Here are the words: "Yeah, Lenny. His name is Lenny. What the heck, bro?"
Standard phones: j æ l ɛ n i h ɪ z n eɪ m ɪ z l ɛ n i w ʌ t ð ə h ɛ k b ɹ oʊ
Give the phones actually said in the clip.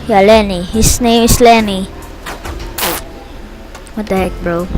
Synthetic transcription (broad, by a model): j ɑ l ɛ n i h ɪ s n eɪ m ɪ s l ɛ n i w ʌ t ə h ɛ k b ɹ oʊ